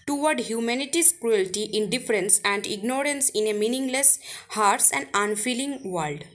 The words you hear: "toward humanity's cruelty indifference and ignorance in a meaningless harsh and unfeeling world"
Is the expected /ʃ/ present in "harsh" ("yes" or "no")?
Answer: no